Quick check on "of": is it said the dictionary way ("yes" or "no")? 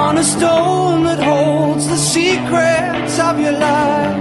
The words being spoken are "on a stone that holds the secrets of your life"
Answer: yes